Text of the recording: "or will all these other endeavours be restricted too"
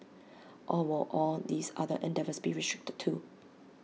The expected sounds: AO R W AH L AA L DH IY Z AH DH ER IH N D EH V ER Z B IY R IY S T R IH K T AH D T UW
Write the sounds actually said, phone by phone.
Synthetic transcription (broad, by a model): AO L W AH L AA L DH IY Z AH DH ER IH N D EH V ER S B IY R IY S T R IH K T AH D T UW